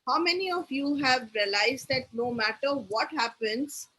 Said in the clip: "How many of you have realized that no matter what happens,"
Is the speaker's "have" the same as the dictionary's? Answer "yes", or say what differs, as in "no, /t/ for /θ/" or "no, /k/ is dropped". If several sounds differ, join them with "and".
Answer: yes